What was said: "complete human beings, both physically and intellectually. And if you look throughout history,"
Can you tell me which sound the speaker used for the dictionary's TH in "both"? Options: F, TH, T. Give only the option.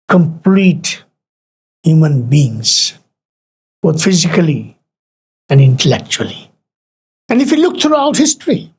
T